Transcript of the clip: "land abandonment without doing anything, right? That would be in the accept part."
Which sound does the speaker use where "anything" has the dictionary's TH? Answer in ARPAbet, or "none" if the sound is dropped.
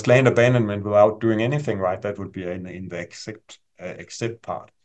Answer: TH